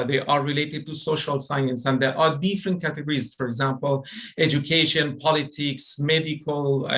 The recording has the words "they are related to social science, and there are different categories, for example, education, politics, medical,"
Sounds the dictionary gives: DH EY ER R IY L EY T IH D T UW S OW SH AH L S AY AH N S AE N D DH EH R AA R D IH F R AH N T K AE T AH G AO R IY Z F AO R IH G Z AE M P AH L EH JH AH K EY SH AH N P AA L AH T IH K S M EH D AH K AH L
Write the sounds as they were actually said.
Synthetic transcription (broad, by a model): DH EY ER R IY L EY T IH D T UW S OW SH AH L S AY AH N S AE N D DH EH R AA R D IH F R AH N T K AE T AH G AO R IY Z F AO R IH G Z AE M P AH L EH JH AH K EY SH AH N P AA L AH T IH K S M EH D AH K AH L